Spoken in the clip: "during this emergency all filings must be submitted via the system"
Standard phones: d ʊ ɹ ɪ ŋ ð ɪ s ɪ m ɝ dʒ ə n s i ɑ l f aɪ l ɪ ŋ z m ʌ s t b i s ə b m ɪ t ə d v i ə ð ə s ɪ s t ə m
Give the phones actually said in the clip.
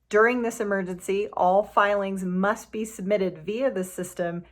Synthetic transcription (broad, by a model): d ʊ ɹ ɪ ŋ ð ɪ s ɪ m ɝ dʒ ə n s i ɑ l f aɪ l ɪ ŋ z m ʌ s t b i s ə b m ɪ t ə d v i ə ð ə s ɪ s t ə m